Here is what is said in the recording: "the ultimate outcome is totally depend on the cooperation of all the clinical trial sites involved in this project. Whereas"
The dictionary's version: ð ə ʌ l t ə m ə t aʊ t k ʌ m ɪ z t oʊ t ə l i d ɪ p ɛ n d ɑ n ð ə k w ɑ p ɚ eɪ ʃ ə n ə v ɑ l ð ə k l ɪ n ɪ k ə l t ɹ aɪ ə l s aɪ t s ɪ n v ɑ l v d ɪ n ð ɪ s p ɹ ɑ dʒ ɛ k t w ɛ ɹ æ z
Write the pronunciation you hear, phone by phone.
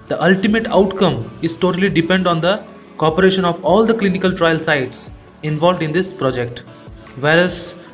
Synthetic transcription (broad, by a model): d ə ʌ l t ə m ə t aʊ t k ʌ m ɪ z t oʊ t ə l i d ɪ p ɛ n d ɑ n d ə k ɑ p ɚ eɪ ʃ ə n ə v ɑ l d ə k l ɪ n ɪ k ə l t ɹ aɪ ə l s aɪ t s ɪ n v ɑ l v d ɪ n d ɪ s p ɹ ɑ dʒ ɛ k t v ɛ ɹ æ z